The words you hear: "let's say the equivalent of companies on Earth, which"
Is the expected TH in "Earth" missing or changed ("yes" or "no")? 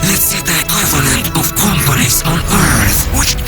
no